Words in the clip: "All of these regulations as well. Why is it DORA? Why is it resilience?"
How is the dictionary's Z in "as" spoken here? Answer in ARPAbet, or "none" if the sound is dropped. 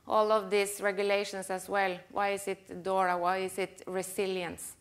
S